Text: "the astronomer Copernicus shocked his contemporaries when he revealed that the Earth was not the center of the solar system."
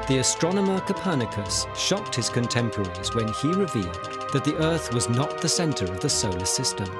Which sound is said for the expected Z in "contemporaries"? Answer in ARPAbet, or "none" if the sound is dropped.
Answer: Z